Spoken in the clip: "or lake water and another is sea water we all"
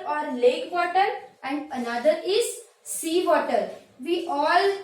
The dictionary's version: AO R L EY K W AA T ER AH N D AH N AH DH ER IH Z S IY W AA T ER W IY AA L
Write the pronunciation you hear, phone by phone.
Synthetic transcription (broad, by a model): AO R L EY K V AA T ER AH N D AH N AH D ER IH Z S IY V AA T ER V IY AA L